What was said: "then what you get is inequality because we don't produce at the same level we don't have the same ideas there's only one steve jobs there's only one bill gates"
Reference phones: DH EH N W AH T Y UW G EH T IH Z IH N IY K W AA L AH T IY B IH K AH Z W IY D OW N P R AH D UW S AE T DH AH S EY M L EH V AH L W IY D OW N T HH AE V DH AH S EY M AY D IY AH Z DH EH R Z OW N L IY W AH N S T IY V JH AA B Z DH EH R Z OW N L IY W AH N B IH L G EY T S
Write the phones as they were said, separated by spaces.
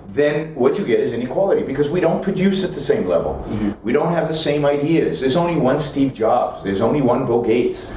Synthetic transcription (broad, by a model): DH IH N W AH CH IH G EH T IH Z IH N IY K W AA L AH T IY B IH K AH Z W IY D OW N P R AH D UW S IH T DH AH S EY M L EH V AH L W IY D OW N T HH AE V DH AH S EY M AY D IY AH Z DH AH R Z OW N L IY W AH N S T IY V JH AA B Z DH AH R Z OW N L IY W AH N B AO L G EY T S